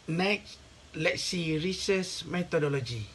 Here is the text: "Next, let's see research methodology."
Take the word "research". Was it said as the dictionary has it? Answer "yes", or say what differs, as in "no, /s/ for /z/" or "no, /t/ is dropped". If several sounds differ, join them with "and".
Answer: no, /s/ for /tʃ/